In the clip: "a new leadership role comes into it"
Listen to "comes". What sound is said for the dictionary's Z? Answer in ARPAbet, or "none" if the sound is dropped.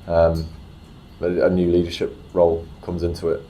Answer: Z